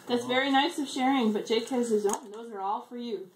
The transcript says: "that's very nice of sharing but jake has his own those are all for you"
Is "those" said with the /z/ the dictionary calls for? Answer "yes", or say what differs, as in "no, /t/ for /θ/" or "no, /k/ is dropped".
yes